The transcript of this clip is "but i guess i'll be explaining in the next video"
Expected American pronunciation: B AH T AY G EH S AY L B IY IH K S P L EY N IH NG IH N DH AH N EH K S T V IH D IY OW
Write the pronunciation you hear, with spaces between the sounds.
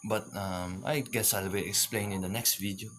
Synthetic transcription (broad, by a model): B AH T AY G EH S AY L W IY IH K S P L EY IH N IH N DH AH N EH K S T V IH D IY OW